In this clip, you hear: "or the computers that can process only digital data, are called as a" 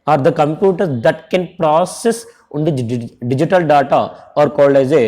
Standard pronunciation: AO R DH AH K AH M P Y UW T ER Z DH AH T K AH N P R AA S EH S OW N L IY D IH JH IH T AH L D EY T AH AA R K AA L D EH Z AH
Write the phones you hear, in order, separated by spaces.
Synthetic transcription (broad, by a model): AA R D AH K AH M P Y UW T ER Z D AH T K AH N P R AA S EH S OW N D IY D IH JH IH T AH L D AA T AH AA R K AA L AA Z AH